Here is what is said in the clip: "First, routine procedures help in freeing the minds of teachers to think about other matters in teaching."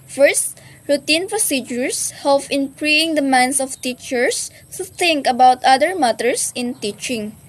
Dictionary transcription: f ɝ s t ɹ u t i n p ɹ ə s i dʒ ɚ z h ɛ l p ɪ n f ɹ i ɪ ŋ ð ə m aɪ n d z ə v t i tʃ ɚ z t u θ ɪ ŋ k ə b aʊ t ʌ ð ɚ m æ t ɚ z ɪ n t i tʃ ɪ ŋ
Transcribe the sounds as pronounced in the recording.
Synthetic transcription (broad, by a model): f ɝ s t ɹ u t i n p ɹ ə s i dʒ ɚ s h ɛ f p ɪ n p ɹ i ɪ ŋ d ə m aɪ n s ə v t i tʃ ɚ s t u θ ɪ ŋ k ə b aʊ t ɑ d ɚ m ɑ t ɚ s ɪ n t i tʃ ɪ ŋ